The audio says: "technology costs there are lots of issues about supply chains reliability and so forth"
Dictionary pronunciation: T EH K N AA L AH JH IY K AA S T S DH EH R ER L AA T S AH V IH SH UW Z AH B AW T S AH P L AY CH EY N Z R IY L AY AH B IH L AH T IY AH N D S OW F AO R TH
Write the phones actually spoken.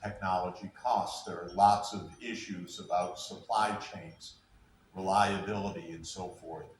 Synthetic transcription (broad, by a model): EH K N AA L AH JH IY K AA S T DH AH R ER L AA T S AH V IH SH UW Z AH B AW T S AH P L AY CH EY N Z R IY L AY AH B IH L AH T IY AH N S OW F AO R TH